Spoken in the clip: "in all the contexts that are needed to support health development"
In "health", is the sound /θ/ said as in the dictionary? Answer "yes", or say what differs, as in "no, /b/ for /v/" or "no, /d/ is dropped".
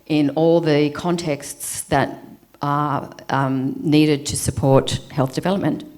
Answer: yes